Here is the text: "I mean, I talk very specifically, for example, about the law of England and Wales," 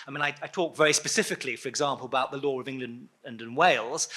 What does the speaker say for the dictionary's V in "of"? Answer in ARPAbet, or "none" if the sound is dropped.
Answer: V